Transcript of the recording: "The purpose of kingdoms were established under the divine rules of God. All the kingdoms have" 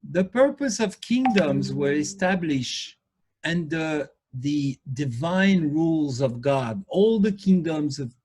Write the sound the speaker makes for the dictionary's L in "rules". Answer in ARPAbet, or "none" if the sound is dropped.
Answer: L